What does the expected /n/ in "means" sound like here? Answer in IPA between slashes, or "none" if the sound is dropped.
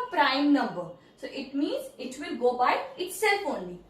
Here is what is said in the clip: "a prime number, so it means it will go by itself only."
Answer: /n/